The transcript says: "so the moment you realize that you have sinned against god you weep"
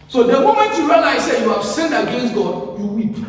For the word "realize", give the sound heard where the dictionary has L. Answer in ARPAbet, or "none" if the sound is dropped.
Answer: N